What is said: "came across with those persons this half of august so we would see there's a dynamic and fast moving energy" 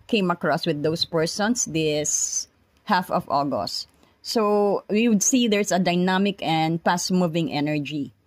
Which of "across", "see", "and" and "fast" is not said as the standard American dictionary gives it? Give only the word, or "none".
fast